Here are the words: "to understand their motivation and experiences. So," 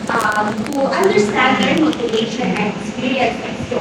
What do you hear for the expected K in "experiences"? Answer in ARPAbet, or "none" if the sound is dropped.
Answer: none